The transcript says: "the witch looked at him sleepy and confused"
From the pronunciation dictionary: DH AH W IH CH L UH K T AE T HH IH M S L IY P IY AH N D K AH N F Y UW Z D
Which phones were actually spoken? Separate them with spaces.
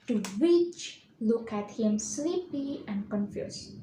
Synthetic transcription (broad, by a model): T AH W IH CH L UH K AE T HH IH M S L IY P IY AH N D K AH N F Y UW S